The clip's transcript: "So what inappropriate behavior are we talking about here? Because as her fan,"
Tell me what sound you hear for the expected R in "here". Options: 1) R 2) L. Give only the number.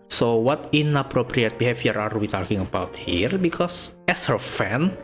1